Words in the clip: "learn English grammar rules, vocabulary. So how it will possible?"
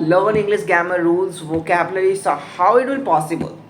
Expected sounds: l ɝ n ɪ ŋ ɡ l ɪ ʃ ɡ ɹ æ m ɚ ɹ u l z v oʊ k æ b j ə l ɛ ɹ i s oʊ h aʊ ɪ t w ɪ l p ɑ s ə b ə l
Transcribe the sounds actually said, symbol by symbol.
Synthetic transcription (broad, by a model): l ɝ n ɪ ŋ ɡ l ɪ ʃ ɡ æ m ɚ ɹ u l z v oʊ k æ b j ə l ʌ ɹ i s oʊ h aʊ ɪ t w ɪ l p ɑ s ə b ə l